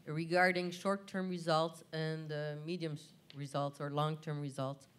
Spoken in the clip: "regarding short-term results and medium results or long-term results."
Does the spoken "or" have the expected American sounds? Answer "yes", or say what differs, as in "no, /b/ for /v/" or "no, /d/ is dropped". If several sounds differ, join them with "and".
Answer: yes